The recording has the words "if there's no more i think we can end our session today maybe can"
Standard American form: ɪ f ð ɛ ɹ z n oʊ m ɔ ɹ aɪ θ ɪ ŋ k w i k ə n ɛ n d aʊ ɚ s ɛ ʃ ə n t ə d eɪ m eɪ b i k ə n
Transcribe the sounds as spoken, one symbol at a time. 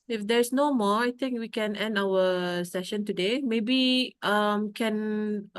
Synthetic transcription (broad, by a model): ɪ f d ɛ ɹ s n oʊ m ɔ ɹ aɪ t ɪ ŋ k w i k ə n ɛ n d aʊ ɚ s ɛ ʃ ə n t ə d eɪ m eɪ b i k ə n